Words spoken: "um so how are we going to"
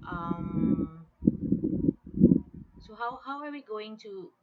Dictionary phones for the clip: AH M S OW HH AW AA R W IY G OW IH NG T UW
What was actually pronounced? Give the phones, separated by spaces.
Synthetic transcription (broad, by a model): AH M S OW HH AW AA W W IY G OW IH NG T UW